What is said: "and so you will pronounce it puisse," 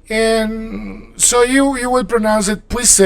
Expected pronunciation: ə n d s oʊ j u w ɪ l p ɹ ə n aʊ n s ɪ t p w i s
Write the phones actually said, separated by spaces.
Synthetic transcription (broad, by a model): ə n s oʊ j u w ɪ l p ɹ ə n aʊ n s ɪ t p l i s